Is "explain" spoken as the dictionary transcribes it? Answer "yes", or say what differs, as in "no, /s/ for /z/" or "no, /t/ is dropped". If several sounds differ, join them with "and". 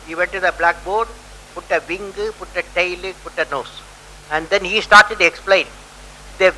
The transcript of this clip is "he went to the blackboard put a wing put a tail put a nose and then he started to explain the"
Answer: yes